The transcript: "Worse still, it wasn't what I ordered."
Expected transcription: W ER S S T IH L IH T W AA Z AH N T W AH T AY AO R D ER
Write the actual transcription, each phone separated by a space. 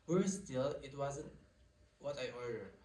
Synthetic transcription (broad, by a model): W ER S S T IH L IH T W AA Z AH N T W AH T AY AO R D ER